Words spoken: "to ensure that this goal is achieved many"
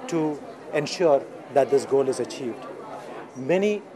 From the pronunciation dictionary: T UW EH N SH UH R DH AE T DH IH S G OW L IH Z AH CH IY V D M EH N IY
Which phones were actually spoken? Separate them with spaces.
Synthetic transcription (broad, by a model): T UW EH N SH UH R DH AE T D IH S G OW L IH Z AH CH IY V D M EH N IY